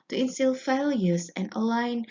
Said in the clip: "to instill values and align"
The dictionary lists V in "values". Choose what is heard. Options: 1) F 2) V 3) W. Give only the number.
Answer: 1